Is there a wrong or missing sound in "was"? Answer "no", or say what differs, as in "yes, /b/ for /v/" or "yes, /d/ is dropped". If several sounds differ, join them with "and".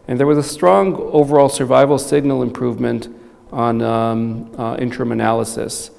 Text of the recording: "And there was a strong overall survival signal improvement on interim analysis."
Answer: no